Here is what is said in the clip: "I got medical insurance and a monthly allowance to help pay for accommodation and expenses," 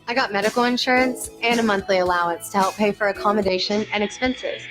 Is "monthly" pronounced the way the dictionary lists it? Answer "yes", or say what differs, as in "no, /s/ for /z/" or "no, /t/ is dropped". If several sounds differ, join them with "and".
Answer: yes